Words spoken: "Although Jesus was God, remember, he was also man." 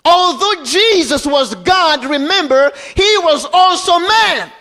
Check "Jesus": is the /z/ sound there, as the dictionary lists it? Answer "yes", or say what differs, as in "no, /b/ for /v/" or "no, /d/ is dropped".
yes